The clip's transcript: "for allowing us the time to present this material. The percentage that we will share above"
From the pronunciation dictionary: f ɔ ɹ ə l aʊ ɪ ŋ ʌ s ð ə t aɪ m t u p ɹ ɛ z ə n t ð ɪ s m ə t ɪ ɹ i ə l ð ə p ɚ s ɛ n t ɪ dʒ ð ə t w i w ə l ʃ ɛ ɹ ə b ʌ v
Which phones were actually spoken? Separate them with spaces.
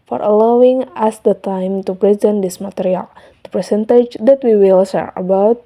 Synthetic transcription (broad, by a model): f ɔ ɹ ə l aʊ ɪ ŋ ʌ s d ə t aɪ m t u p ɹ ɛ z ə n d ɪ s m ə t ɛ ɹ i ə l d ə p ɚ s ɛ n t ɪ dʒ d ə t w i w ə l s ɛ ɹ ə b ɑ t